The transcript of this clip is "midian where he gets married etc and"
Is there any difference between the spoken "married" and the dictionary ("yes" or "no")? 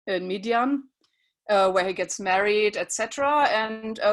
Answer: no